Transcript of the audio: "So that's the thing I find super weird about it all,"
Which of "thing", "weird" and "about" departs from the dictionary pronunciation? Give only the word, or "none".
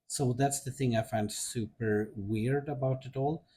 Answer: none